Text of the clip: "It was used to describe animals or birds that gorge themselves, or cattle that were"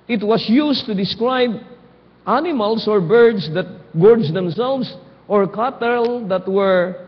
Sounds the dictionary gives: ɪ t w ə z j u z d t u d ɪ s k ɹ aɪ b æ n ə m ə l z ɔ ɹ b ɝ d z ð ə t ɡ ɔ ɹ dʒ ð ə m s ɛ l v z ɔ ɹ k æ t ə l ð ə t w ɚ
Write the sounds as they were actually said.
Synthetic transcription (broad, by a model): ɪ t w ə s j u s t u d ɪ s k ɹ aɪ b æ n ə m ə l s ɔ ɹ b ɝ d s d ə t ɡ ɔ ɹ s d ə m s ɛ l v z ɔ ɹ k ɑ t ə l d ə t w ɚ